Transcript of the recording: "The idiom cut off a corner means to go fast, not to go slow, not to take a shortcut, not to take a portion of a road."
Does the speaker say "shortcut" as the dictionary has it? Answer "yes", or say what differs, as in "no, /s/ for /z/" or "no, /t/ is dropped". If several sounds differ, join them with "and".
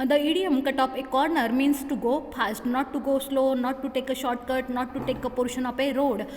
yes